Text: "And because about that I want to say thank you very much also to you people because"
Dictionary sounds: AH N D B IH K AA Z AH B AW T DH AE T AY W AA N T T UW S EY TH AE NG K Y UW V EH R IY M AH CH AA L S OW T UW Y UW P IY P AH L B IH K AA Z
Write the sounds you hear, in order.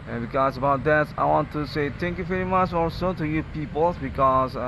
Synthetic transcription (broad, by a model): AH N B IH K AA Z AH B AW T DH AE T AY W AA N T T UW S EY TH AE NG K Y UW V EH R IY M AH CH AA L S OW T UW Y UW P IY P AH L B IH K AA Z